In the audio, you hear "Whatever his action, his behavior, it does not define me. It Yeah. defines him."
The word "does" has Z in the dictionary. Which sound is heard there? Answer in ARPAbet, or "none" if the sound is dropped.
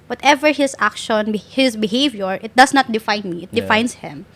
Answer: S